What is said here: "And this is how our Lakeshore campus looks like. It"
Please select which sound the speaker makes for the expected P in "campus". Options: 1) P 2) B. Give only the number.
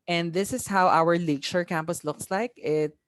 1